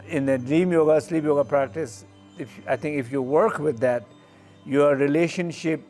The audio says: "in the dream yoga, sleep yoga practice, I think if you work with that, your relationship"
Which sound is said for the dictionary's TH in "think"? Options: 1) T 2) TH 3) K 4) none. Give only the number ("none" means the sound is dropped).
1